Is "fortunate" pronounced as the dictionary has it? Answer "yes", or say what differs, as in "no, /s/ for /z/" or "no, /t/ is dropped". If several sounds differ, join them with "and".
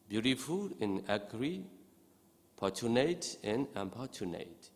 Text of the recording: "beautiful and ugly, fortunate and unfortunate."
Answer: no, /p/ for /f/